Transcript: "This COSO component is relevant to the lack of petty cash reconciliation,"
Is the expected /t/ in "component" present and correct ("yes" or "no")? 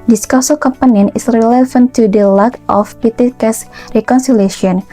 no